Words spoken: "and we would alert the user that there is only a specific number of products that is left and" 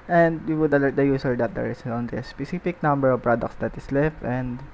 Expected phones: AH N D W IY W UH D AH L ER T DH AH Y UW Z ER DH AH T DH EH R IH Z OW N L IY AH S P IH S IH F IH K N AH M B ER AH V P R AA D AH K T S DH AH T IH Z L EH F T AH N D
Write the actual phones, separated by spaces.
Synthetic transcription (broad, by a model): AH N D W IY W UH D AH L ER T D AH Y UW S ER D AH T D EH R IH S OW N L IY AH S P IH S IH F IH K N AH M B ER AH V P R AA D AH K T S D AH T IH S L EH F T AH N D